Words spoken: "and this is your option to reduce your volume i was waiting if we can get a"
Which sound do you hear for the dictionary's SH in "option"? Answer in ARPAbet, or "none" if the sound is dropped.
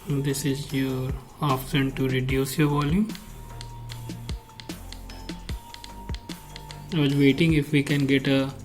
S